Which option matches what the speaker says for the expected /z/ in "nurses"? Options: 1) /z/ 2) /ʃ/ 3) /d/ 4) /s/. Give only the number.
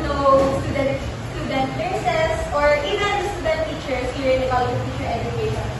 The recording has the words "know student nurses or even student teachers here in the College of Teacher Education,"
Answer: 4